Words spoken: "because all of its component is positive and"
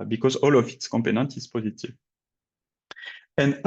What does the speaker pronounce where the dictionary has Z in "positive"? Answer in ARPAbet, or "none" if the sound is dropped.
Z